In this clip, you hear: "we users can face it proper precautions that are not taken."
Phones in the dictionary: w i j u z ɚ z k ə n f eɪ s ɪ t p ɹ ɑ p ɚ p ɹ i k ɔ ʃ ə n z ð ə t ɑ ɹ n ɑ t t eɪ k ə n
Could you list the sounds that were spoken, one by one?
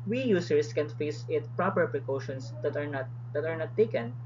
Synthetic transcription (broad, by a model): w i j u s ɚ s k ə n f eɪ s ɪ t p ɹ ɑ p ɚ p ɹ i k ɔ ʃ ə n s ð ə t ɑ ɹ n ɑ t t eɪ k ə n